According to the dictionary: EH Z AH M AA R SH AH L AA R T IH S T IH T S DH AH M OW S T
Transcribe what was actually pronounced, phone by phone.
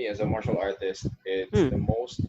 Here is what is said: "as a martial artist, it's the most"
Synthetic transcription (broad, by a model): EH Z AH M AA R SH AH L AA R T IH S T IH T S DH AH M OW S T